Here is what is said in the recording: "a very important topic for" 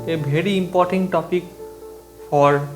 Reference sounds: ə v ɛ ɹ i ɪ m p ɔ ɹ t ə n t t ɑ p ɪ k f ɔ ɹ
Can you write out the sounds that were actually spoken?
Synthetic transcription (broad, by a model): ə b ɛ ɹ i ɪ m p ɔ ɹ t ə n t t ɑ p ɪ k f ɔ ɹ